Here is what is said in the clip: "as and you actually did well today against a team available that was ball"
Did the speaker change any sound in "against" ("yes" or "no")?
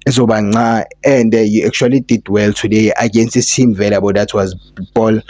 no